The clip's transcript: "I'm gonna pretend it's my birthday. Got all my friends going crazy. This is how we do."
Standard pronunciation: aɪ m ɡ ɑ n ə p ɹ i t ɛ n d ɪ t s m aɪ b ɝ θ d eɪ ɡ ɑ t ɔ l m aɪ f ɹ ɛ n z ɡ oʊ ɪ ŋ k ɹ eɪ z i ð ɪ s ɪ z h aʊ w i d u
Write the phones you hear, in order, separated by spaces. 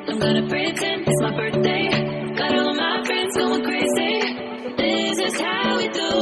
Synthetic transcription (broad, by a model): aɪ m ɡ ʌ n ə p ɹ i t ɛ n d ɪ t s m aɪ b ɝ θ d eɪ ɡ ɑ t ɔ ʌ m aɪ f ɹ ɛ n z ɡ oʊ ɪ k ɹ eɪ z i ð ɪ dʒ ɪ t h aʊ w i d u